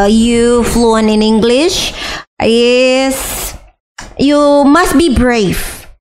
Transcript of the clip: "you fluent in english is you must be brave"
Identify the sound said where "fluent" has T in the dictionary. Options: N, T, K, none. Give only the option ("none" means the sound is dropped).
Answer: none